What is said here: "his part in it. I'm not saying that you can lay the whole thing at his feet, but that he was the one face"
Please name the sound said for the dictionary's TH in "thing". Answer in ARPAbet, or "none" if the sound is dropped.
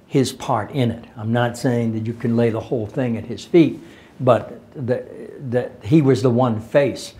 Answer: TH